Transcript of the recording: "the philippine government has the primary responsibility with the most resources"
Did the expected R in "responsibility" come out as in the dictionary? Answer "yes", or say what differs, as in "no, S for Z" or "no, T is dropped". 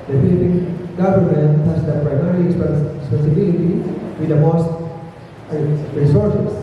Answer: no, L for R